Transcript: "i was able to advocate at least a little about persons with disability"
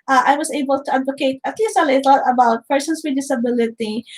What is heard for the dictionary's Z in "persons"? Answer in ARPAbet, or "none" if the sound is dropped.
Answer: S